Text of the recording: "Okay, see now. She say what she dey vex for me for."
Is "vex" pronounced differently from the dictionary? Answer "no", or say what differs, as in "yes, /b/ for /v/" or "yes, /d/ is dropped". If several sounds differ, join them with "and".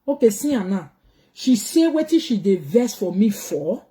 yes, /k/ is dropped